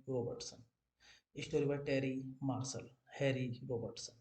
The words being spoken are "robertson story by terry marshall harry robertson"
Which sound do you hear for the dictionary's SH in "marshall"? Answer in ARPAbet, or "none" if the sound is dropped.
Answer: S